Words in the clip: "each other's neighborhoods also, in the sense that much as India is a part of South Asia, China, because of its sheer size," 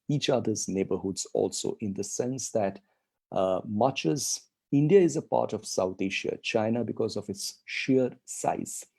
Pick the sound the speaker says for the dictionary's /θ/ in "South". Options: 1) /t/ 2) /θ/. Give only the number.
1